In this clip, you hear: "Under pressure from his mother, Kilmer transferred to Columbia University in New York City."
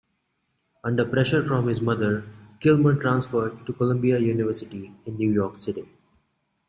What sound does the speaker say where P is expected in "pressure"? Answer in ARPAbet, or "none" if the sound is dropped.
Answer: P